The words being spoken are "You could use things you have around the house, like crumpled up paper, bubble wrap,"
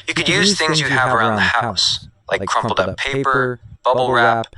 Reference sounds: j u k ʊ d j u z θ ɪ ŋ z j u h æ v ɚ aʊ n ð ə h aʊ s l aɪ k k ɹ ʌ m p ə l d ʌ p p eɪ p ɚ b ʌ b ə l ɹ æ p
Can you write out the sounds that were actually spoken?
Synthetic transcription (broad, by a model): j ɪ k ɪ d j u z θ ɪ ŋ z j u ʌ v ɚ aʊ n ð ə h aʊ s l aɪ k k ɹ ʌ m p l d ʌ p p eɪ p ɚ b ʌ b l ɹ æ p